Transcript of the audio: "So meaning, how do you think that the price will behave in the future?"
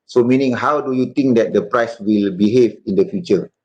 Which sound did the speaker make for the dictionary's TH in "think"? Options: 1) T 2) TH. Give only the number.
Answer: 1